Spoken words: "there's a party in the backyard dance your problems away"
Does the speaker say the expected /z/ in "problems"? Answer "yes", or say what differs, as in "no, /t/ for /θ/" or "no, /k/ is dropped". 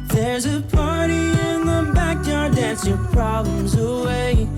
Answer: yes